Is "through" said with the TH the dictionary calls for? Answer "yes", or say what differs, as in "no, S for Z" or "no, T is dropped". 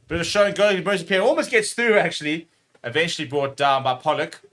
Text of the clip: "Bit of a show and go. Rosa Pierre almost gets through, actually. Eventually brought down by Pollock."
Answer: yes